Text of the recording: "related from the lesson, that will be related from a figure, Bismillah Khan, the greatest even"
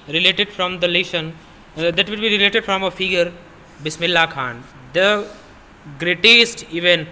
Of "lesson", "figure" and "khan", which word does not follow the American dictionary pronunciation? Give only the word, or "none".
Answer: lesson